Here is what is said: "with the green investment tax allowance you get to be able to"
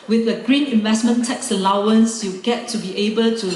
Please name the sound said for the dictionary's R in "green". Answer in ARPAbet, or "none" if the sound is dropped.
R